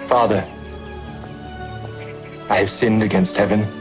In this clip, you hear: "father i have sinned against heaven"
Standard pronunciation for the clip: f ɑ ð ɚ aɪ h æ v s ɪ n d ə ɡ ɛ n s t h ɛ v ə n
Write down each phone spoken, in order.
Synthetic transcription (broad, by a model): f ɑ ð ɚ aɪ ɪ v s ɪ n d ə ɡ ɛ n s t h ɛ v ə n